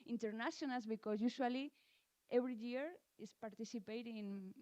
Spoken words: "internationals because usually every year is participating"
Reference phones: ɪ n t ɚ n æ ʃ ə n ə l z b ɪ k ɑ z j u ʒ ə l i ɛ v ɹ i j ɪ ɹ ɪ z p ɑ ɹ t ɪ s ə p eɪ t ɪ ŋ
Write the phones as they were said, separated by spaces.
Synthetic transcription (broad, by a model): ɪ n t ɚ n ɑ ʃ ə n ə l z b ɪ k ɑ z j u ʃ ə l i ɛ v ɹ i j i ɹ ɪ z p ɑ ɹ t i s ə p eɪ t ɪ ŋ